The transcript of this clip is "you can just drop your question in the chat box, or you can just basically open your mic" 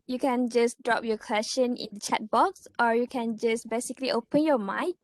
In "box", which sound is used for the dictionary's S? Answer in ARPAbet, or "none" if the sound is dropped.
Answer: S